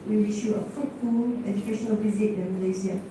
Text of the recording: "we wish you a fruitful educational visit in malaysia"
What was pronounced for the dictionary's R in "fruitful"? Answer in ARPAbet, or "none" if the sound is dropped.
none